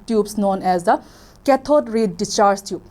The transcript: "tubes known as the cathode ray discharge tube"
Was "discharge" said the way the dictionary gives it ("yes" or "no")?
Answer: no